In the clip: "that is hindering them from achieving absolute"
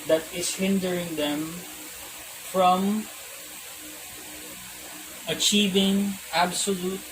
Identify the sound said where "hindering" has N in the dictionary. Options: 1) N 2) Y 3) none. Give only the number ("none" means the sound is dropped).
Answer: 1